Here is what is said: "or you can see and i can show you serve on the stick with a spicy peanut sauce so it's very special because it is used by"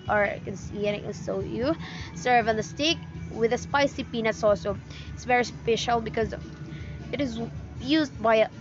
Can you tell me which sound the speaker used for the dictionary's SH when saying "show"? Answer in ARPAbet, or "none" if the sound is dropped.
S